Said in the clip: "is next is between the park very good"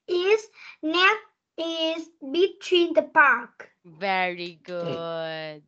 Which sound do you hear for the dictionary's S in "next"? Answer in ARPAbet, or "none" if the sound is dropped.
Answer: none